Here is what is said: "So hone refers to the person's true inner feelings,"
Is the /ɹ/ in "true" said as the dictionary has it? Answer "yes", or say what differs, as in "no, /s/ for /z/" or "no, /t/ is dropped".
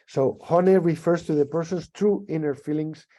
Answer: yes